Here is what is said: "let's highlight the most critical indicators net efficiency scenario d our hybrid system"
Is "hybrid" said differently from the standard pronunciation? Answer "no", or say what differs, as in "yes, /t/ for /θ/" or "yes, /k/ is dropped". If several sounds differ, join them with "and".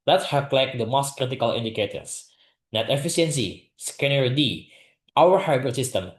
yes, /ɹ/ is dropped